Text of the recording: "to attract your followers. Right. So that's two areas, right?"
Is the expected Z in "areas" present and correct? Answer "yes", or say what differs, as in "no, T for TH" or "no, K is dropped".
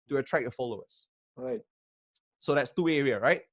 no, Z is dropped